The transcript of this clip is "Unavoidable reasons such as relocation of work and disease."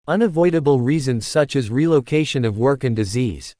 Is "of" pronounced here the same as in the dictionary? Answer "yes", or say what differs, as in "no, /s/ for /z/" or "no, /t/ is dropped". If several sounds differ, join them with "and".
yes